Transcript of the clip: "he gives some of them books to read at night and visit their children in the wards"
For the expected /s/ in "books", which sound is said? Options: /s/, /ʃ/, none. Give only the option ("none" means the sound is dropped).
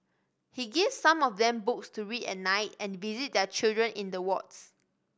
/s/